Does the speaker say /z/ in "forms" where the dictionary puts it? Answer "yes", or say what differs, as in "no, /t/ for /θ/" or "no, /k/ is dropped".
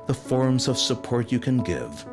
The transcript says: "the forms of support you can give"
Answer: yes